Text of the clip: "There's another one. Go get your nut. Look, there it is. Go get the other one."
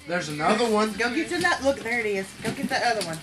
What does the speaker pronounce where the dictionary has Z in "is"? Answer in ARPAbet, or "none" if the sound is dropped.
S